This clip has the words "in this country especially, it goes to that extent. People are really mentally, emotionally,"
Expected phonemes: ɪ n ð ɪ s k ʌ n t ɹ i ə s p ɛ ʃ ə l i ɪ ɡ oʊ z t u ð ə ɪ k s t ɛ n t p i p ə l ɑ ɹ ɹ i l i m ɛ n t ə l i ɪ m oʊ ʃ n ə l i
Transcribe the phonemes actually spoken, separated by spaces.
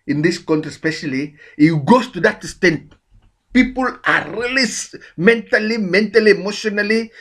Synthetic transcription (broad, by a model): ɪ n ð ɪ s k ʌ n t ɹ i s p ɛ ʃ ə l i ɪ ɡ oʊ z t u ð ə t s t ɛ n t p i p ə l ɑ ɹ l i l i m ɛ n t ə l i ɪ m oʊ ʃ n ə l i